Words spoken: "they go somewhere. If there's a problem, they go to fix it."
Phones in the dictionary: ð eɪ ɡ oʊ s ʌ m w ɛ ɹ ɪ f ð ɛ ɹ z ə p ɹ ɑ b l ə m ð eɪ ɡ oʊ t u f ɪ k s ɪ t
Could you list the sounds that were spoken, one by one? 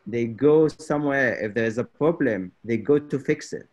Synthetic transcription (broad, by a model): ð eɪ ɡ oʊ s ʌ m w ɛ ɹ ɪ f ð ɛ ɹ z ə p ɹ ɑ b l ə m ð eɪ ɡ oʊ t u f ɪ k s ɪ t